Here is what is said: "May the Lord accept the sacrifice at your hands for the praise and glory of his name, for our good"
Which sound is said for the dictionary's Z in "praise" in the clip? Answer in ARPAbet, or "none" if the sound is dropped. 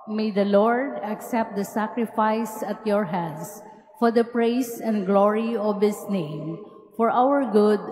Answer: S